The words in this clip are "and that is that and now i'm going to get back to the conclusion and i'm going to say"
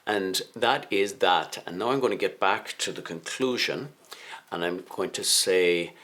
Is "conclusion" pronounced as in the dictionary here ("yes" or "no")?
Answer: yes